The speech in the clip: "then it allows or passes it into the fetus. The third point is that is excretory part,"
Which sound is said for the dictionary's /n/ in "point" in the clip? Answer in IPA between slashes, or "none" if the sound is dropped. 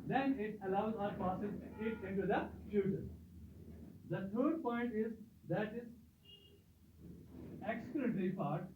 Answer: /n/